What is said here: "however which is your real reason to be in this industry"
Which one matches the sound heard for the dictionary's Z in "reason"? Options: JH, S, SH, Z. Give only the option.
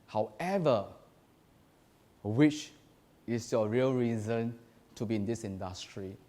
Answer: Z